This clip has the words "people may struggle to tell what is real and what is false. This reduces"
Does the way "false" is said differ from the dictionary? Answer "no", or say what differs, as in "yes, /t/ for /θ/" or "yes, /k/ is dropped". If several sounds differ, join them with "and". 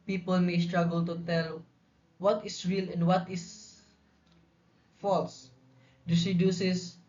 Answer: no